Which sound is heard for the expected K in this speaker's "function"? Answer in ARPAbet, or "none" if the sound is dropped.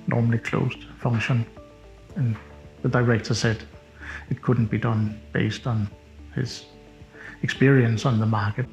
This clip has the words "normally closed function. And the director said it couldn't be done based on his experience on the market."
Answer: none